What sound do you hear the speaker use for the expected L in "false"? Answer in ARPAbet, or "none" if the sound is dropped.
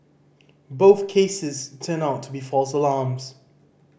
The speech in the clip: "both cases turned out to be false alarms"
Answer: L